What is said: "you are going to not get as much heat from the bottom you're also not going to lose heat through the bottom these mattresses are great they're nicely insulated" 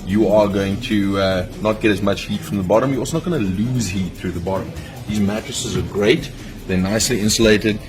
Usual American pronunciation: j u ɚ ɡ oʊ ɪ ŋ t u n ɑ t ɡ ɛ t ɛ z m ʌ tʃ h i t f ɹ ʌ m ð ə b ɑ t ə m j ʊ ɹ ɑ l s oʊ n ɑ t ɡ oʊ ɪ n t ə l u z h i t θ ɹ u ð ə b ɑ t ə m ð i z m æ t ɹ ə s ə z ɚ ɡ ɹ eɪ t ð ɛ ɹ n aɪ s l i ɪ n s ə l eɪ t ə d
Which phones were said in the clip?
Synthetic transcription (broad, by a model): j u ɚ ɡ oʊ ɪ ŋ t u n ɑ t ɡ ɛ t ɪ z m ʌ tʃ h i t f ɹ ʌ m ð ə b ɑ t ə m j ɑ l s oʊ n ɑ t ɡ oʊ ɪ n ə l u z h i t θ ɹ u ð ə b ɑ t ə m ð i z m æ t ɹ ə s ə z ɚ ɡ ɹ eɪ t ð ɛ n aɪ s l i ɪ n s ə l eɪ t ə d